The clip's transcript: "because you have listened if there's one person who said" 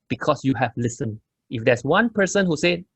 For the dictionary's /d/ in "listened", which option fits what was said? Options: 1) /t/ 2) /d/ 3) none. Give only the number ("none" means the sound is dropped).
3